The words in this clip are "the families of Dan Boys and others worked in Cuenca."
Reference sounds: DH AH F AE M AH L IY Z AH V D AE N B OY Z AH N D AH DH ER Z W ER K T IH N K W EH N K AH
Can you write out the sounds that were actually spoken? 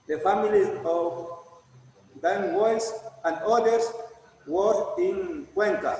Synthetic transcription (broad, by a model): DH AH F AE M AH L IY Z AH V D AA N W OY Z AH N D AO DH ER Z W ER T IH N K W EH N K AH